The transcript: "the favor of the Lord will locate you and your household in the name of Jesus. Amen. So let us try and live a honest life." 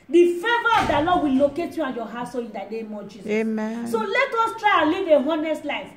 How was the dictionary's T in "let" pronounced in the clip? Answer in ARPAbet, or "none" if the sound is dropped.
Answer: T